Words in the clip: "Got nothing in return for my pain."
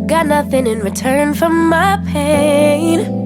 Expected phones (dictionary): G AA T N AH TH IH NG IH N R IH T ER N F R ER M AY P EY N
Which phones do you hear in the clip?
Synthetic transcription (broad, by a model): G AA T N AH TH IH NG IH N R IH T ER N F R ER M AY P EY N